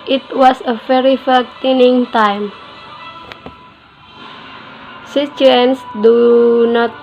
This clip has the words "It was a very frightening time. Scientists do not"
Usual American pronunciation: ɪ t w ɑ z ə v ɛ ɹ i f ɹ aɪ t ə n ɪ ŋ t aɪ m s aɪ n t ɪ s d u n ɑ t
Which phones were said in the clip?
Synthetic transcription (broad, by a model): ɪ t w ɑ s ə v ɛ ɹ i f aɪ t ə n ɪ ŋ t aɪ m s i t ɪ s d u n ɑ t